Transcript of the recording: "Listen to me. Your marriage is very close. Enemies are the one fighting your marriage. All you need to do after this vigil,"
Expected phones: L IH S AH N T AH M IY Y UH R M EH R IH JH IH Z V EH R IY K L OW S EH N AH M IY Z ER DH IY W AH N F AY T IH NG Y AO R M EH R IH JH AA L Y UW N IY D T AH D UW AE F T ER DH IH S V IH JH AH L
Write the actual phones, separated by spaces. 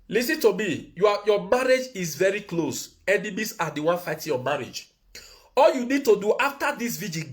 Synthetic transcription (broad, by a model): L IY S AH N T AH M IY Y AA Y M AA R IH JH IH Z V EH R IY K L OW S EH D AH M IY S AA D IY W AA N F AY T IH Y AO M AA R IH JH AA L Y UW N IY D T AH D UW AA F T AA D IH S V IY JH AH